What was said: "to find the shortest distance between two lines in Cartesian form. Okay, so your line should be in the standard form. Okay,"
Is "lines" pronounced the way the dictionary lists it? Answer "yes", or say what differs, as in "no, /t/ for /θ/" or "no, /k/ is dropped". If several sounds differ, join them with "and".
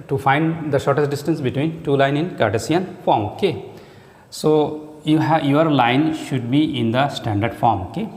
no, /z/ is dropped